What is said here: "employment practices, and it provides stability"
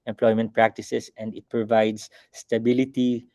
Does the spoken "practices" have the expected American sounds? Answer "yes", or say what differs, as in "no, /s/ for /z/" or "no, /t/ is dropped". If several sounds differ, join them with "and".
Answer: no, /s/ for /z/